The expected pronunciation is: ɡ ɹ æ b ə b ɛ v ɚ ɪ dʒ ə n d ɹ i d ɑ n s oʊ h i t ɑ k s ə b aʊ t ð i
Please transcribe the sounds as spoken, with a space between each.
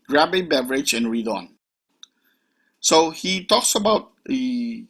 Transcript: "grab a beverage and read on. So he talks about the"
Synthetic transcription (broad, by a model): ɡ ɹ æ b ə b ɛ v ɚ ɪ dʒ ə n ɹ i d ɑ n s oʊ h i t ɑ k s ə b aʊ t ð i